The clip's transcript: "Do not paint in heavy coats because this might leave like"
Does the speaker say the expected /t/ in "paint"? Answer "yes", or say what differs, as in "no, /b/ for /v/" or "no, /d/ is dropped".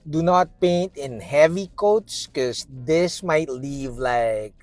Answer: yes